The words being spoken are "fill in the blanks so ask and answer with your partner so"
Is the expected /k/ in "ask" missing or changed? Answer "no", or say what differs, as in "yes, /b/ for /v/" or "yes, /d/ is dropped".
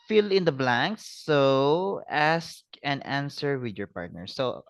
no